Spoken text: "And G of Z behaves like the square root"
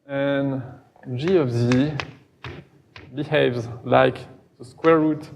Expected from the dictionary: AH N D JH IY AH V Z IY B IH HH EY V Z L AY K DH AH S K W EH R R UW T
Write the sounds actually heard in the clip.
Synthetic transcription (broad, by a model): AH N JH IY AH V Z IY B IH HH EY V Z L AY K DH AH S K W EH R R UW T